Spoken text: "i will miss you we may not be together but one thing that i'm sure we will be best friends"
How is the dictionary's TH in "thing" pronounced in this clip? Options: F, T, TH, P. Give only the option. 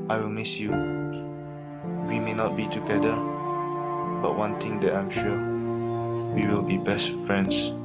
T